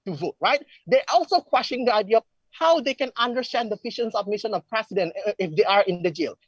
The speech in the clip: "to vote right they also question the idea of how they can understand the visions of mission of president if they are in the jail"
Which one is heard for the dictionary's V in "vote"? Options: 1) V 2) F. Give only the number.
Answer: 1